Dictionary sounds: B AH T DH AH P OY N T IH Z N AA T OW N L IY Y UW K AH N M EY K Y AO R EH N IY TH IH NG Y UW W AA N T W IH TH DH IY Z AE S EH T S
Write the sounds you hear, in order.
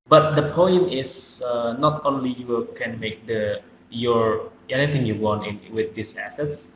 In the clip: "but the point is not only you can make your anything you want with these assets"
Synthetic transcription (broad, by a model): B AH T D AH P OY N T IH S N AA T OW N L IY Y UW K AH N M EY K Y AO R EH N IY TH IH NG Y UW W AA N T W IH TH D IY S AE S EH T S